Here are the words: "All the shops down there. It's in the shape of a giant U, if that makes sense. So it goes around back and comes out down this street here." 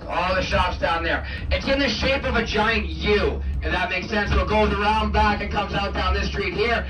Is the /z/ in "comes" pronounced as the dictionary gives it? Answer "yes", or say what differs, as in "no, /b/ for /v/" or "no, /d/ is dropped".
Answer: yes